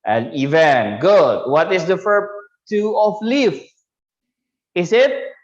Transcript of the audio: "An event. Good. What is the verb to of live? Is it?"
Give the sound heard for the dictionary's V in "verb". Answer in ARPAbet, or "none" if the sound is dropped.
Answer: F